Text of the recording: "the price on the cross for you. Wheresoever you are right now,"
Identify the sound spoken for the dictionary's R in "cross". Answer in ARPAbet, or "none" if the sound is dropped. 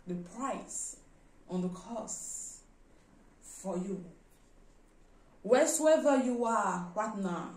none